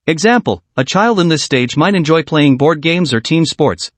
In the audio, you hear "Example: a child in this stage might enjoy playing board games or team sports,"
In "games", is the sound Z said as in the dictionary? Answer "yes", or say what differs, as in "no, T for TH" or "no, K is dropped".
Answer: yes